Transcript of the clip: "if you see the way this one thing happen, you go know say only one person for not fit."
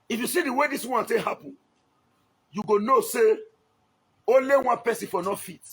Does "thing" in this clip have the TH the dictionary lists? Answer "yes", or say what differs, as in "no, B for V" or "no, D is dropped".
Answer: no, T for TH